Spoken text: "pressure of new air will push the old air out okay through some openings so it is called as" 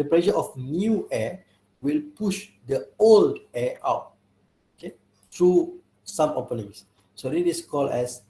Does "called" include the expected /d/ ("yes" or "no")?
no